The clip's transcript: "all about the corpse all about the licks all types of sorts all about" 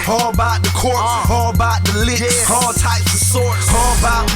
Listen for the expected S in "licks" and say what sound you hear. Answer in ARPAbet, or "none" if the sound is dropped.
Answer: none